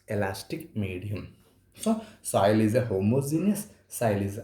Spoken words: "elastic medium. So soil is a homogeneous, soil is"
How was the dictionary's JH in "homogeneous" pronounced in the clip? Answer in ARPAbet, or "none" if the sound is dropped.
Z